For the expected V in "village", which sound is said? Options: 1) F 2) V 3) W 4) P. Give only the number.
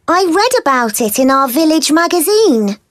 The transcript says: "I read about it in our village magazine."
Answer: 2